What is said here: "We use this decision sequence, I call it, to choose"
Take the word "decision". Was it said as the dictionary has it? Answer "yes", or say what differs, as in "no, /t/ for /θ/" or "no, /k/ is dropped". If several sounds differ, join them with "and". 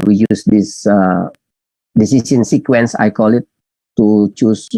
no, /s/ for /ʒ/